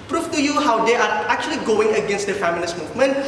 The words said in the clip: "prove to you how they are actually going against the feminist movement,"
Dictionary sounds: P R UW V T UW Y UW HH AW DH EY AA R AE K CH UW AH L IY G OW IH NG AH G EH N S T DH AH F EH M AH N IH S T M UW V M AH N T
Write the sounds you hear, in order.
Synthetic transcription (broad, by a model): P R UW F T UW Y UW HH AW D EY AA R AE K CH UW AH L IY G OW IH NG AH G EH N S T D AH F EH M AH L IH S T M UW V M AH N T